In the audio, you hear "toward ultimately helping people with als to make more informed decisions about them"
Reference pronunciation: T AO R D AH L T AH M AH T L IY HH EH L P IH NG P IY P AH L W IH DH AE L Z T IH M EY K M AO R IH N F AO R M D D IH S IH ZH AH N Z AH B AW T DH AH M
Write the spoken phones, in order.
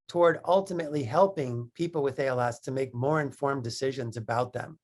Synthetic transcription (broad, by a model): T AO R D AH L T AH M AH T L IY HH EH L P IH NG P IY P L W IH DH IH L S T IH M EY K M AO R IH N F AO R M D D IH S IH ZH AH N Z AH B AW T DH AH M